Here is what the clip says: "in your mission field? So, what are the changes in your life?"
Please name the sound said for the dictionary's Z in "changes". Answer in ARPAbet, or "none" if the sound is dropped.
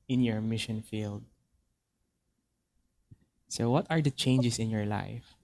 S